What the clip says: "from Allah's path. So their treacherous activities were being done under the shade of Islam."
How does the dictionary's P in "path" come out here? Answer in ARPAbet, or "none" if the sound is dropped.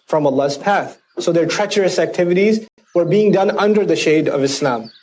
P